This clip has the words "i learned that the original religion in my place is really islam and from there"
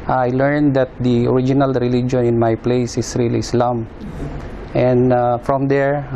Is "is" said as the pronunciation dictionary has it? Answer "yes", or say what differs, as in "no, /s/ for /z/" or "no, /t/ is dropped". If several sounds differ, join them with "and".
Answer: no, /s/ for /z/